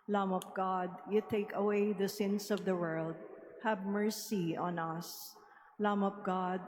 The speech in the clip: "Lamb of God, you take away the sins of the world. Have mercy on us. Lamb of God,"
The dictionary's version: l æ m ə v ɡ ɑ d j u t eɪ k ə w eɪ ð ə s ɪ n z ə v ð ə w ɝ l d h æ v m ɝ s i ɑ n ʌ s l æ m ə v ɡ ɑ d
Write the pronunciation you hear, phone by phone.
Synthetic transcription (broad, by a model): l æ m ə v ɡ ɑ d j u t eɪ k ə w eɪ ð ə s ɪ n s ə v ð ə w ɝ l d h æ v m ɝ s i ɑ n ʌ s l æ m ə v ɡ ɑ d